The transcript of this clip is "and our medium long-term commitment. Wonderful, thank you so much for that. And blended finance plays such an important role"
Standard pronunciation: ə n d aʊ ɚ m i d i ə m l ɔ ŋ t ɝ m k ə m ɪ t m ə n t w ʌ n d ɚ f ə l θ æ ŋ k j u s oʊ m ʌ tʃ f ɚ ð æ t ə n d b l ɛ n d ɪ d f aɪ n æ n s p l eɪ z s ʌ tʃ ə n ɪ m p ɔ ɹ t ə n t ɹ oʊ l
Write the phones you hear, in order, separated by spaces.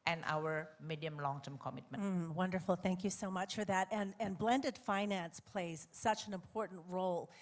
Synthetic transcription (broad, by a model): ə n aʊ ɚ m i d i ə m l ɔ ŋ t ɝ m k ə m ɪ t m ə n w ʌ n d ɚ f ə l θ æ ŋ k j u s oʊ m ʌ tʃ f ɚ ð æ t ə n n b l ɛ n d ɪ d f aɪ n æ n s p l eɪ z s ʌ tʃ ə n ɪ m p ɔ ɹ t n t ɹ oʊ l